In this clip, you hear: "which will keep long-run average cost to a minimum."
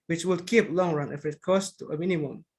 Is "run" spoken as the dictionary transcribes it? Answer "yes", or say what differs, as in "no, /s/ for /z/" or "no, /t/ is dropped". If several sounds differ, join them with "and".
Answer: yes